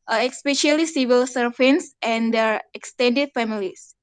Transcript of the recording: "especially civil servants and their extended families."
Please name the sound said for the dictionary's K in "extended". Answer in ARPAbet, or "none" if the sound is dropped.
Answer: K